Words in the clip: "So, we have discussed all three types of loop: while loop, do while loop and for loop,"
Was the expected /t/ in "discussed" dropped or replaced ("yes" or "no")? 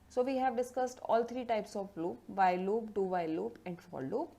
no